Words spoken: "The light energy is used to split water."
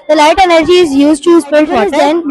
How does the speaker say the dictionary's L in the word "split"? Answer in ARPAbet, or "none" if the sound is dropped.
none